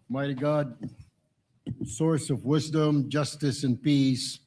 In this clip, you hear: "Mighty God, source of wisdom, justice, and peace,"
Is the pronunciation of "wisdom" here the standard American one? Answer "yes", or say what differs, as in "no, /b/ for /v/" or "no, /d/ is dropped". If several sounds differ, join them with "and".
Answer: yes